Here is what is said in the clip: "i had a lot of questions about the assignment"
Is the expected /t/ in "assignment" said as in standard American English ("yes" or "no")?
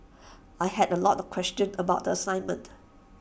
yes